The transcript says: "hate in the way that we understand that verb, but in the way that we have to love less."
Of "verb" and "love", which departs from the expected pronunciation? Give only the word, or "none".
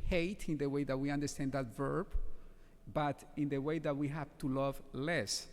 none